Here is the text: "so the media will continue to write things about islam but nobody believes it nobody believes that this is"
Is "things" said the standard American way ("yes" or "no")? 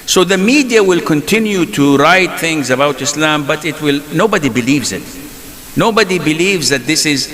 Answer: yes